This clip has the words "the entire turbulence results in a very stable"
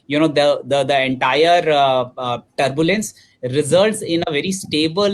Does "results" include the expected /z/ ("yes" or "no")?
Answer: yes